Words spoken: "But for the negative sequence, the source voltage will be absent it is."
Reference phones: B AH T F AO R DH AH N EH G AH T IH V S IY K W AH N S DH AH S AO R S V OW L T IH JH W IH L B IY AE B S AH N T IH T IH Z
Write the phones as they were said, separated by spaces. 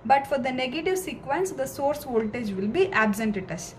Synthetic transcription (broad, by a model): B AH T F AO R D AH N EH G AH T IH V S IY K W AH N S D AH S AO R S V OW L T IH JH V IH L B IY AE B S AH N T IH T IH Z